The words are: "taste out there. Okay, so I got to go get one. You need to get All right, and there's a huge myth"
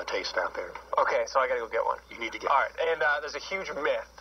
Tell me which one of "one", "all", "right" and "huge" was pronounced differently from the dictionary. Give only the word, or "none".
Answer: none